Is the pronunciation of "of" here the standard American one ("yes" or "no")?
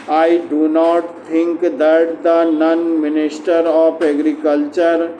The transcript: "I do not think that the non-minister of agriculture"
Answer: no